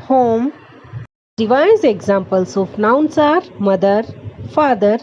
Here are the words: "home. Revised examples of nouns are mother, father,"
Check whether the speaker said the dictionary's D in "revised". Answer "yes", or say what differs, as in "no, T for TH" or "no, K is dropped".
no, D is dropped